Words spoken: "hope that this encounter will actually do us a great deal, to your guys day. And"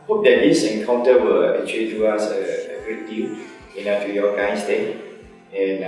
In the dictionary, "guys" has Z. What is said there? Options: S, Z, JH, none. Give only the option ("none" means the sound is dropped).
S